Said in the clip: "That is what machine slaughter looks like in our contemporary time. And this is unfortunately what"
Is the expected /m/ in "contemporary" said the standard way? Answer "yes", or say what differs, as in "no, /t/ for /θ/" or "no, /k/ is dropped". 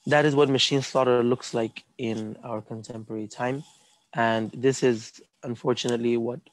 yes